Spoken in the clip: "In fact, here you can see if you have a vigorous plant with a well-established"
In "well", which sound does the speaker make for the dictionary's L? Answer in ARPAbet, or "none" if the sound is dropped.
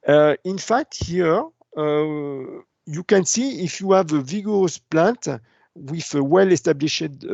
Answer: L